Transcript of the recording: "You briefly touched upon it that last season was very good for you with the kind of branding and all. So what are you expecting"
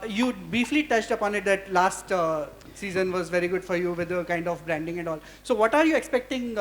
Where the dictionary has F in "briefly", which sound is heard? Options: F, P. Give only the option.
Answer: F